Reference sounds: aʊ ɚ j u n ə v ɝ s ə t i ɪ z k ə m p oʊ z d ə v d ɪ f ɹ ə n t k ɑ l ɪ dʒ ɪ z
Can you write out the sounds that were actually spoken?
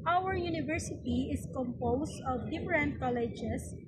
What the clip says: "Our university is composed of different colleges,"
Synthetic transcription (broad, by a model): aʊ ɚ j u n ə v ɝ s ə t i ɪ s k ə m p oʊ s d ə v d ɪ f ɹ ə n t k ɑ l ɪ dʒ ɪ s